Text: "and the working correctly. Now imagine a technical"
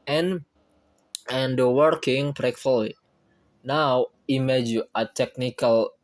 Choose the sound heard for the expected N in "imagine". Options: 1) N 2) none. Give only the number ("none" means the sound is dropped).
2